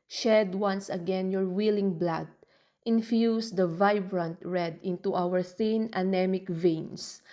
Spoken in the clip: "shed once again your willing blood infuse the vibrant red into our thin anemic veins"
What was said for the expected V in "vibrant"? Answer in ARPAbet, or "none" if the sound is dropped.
V